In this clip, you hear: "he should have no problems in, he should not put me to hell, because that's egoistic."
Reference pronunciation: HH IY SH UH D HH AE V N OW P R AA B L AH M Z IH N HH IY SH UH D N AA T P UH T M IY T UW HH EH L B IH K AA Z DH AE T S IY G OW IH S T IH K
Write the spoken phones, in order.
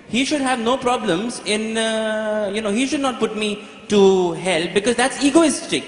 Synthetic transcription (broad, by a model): HH IY SH UH D HH AE V N OW P R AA B L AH M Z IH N HH IY SH UH D N AA T P UH T M IY T UW HH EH L B IH K AA Z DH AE T S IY G OW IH S T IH K